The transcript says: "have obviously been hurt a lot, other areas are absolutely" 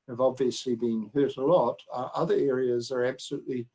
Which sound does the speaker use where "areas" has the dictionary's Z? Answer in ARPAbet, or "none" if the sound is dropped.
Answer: Z